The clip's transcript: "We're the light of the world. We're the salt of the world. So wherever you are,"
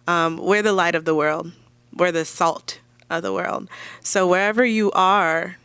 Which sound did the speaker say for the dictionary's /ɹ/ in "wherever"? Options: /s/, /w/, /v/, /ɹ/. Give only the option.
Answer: /ɹ/